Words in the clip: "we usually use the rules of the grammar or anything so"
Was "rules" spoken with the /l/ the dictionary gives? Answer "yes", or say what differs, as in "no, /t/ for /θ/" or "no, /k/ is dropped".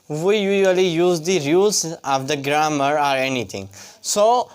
no, /l/ is dropped